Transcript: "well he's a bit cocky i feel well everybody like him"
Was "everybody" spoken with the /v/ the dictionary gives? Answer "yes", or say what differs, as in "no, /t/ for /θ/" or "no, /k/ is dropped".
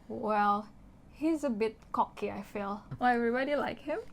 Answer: yes